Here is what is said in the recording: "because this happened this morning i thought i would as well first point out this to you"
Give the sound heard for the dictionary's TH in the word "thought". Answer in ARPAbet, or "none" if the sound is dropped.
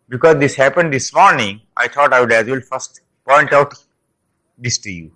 T